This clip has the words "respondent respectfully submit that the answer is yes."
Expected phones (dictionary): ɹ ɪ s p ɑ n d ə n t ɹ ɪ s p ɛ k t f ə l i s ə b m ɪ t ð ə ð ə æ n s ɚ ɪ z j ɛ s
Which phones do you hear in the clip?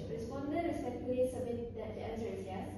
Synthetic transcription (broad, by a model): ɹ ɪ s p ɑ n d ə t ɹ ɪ s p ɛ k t ə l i s ə b m ɪ t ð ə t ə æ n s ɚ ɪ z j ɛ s